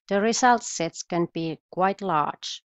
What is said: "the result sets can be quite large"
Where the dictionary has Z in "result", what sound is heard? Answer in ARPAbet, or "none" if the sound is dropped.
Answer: S